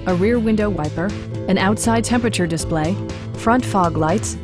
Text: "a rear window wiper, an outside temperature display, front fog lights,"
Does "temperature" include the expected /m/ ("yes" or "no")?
yes